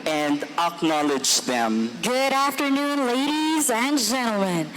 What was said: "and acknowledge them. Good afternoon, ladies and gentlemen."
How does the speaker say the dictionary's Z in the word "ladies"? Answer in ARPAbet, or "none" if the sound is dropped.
Z